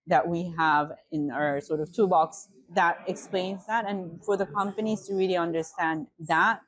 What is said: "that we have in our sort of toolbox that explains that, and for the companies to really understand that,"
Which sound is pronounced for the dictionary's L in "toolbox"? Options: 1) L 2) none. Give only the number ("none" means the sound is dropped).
2